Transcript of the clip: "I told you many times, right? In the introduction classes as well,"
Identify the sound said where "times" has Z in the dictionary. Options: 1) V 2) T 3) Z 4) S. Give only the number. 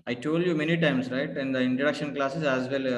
4